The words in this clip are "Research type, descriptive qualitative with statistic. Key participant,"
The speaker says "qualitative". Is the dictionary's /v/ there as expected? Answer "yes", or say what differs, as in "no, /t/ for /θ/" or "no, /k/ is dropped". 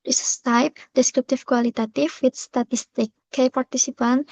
no, /f/ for /v/